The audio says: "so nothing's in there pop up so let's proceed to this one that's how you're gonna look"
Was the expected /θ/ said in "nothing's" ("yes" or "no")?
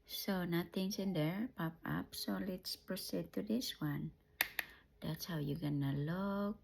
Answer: no